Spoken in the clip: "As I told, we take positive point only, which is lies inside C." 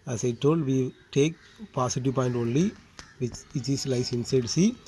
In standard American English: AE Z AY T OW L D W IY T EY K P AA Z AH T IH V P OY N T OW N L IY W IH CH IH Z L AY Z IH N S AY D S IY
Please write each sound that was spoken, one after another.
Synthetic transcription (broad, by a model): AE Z AY T OW L D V IY T EY K P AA S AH T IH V P OY N T OW N L IY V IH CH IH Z L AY S IH N S AY D S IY